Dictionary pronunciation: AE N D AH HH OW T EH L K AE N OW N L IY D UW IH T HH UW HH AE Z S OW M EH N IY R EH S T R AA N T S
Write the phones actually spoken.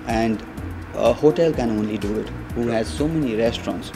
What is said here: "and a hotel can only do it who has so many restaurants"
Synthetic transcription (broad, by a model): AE N D AH HH OW T EH L K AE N OW N L IY D UW IH T HH UW HH AE Z S OW M EH N IY R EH S T R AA N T S